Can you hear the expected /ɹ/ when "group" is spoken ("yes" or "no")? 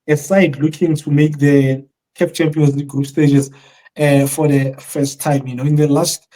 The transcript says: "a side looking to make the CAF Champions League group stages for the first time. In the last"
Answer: yes